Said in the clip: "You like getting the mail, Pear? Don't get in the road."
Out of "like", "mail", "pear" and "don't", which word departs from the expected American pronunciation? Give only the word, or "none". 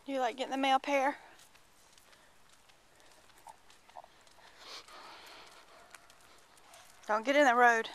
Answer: none